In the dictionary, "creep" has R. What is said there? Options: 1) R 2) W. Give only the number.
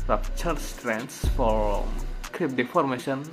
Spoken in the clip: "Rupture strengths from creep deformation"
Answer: 1